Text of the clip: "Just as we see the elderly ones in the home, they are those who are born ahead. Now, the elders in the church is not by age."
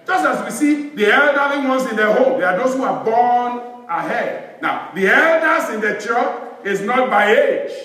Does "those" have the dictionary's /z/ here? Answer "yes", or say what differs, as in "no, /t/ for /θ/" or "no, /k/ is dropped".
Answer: no, /s/ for /z/